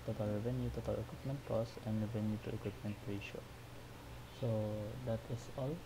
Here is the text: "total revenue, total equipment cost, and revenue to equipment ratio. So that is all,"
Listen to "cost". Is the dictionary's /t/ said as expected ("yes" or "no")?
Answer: no